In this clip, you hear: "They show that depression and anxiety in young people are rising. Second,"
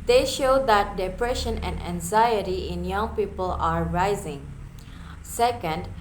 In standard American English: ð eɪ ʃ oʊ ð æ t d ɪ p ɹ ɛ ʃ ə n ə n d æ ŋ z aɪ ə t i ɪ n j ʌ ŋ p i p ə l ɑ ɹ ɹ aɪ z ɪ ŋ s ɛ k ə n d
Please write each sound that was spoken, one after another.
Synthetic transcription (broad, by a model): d eɪ ʃ oʊ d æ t d ɪ p ɹ ɛ ʃ ə n ə n d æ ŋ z aɪ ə t i ɪ n j ʌ ŋ p i p ə l ɑ ɹ ɹ aɪ z ɪ ŋ s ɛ k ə n d